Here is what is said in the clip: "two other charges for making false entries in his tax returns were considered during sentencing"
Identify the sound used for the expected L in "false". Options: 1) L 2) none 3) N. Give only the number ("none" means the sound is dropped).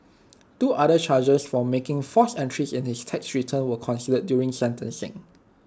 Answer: 2